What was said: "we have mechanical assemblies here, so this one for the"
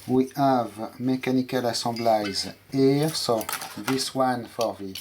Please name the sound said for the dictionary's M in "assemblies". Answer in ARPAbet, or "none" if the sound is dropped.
none